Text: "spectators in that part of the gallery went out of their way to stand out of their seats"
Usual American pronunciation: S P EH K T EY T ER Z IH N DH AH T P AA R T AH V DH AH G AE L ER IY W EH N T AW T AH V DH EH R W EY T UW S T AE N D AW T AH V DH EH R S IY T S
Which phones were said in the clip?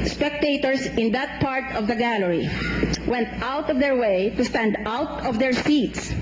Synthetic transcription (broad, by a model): S P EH K T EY T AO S IH N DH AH T P AA R T AH V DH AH G AE L ER IY W EH N T AW T AH V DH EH R W EY T UW S T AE N D AW T AH V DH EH R S IY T S